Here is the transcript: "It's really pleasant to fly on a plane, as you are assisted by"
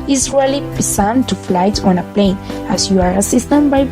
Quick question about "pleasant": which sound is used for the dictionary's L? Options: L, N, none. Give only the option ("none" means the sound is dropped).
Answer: none